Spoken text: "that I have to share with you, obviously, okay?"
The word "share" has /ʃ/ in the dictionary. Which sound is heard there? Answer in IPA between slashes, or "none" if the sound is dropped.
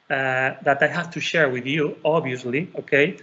/ʃ/